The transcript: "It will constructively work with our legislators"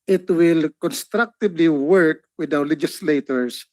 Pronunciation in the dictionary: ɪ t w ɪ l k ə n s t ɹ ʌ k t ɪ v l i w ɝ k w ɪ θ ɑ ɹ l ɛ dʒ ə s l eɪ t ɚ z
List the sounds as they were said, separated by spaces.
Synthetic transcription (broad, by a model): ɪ t w ɪ l k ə n s t ɹ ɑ k t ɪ b l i w ɝ k w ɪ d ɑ w l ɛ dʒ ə s l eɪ t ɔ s